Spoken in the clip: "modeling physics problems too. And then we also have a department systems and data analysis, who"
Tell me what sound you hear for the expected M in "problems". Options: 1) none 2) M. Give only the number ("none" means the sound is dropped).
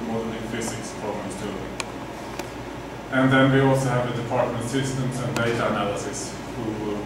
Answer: 1